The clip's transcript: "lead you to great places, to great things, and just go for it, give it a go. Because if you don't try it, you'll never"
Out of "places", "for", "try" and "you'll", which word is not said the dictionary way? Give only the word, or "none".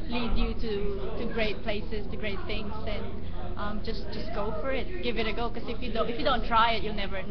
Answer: places